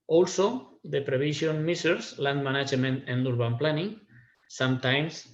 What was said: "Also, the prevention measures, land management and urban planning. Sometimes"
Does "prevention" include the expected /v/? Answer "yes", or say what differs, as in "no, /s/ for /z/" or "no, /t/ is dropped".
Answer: no, /b/ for /v/